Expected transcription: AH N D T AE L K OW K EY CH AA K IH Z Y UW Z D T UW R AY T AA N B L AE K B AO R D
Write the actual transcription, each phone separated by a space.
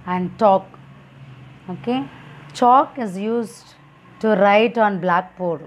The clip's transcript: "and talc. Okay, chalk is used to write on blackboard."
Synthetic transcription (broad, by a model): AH N D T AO K OW K EY CH AA K IH Z Y UW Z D T UW R AY T AA N B L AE K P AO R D